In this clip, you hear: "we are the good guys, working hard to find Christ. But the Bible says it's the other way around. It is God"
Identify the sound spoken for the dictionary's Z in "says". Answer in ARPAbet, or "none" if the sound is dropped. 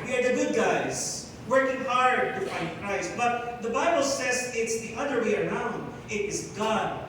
Z